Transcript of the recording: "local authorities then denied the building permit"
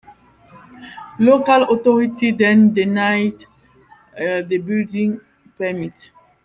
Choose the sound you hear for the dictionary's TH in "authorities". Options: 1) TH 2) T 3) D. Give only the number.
2